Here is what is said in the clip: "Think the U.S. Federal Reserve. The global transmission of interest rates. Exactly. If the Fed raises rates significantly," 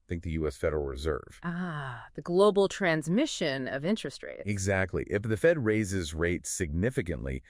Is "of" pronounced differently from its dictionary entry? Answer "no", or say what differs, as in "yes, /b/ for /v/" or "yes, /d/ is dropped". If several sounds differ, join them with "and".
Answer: no